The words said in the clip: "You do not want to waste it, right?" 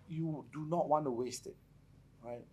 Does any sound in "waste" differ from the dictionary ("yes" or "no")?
no